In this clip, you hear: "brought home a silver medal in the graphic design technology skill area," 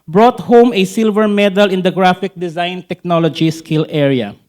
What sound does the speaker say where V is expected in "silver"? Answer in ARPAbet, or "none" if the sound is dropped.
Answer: V